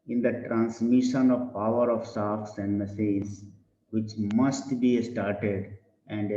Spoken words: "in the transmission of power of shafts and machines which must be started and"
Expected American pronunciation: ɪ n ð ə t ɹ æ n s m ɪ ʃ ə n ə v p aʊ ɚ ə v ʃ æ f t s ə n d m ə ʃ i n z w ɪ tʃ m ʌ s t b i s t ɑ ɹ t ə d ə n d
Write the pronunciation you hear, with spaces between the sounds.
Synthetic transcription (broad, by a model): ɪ n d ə t ɹ æ n s m ɪ ʃ ə n ə v p aʊ ɚ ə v s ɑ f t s ə n d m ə s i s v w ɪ tʃ m ʌ s t b i s t ɑ ɹ t ə d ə n d